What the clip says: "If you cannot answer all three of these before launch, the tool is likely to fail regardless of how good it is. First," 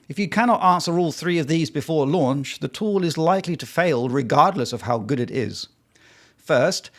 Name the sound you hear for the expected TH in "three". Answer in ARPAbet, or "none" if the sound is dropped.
TH